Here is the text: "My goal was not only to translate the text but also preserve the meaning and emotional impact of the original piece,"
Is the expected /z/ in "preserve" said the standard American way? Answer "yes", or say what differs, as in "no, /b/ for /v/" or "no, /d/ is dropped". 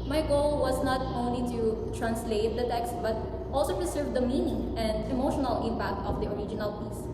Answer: no, /s/ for /z/